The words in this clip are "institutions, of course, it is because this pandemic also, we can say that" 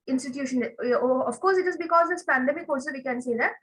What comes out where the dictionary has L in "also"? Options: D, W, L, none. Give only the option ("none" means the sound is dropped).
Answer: none